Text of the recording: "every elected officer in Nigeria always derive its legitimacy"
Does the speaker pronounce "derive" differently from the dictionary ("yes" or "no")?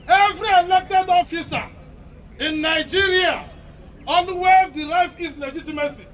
yes